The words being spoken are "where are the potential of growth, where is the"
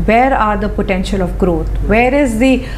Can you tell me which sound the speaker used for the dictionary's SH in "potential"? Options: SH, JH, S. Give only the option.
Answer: SH